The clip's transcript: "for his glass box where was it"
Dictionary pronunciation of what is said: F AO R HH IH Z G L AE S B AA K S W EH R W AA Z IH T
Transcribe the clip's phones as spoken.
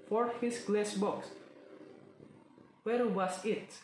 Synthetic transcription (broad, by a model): F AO R HH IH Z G L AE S B AA K S W EH R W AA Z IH T